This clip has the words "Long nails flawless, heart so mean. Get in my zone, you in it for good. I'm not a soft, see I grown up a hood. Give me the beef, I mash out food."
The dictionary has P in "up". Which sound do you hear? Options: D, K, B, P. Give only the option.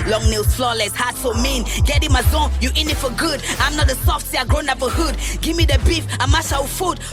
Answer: B